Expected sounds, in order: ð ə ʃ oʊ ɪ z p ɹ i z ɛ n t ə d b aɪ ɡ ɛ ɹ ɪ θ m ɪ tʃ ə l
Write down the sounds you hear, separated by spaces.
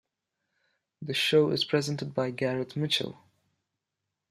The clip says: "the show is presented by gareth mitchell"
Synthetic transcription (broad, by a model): ð ə ʃ oʊ ɪ z p ɹ i z ɛ n t ə d b aɪ ɡ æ ɹ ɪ t m ɪ tʃ ə l